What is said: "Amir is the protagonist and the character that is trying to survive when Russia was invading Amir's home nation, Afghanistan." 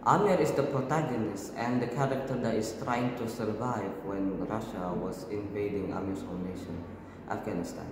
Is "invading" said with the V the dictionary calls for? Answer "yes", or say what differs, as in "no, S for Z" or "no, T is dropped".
yes